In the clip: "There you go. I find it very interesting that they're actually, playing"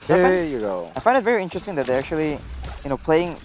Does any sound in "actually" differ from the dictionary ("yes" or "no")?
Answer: yes